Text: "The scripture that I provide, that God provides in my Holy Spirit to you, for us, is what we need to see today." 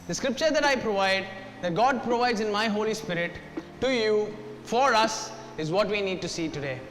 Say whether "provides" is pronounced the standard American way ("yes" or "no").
yes